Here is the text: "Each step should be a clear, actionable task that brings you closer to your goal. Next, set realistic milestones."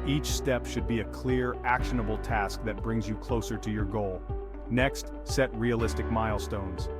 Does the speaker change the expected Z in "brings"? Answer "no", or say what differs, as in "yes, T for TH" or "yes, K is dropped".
no